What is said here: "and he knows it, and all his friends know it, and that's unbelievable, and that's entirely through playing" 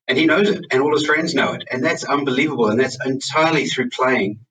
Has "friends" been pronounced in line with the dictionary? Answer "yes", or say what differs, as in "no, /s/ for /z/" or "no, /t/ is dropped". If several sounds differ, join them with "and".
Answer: yes